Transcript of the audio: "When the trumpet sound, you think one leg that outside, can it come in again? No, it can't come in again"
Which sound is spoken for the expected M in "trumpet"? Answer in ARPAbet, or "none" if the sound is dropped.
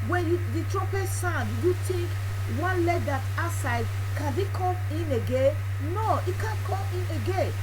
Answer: none